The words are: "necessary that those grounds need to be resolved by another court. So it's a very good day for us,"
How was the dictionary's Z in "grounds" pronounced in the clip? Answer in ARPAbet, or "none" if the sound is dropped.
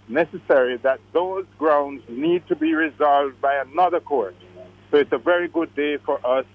Z